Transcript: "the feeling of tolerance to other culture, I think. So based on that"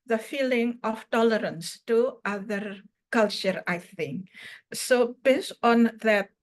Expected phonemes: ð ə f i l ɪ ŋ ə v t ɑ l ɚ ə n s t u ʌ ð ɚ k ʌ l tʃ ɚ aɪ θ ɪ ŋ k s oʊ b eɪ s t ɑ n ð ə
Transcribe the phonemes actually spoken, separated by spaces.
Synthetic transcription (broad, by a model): ð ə f i l ɪ ŋ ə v t ɑ l ɚ ə n s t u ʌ ð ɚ k ʌ l tʃ ɚ aɪ θ ɪ ŋ k s oʊ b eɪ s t ɑ n ð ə